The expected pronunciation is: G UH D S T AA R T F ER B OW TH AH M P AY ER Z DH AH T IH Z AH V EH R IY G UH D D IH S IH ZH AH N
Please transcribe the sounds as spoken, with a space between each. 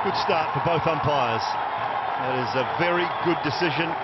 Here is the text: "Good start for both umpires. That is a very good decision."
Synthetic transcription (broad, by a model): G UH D S T AA R T F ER B OW TH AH M P AY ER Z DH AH T IH Z AH V EH R IY G UH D D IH S IH ZH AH N